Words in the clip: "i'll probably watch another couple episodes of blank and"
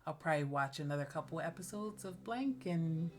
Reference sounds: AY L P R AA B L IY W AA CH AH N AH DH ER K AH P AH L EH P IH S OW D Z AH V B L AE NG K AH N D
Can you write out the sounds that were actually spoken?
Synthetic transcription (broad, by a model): AY L P R AA B L IY W AA CH AH N AH DH ER K AH P L EH P IH S OW D Z AH V B L AE NG K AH N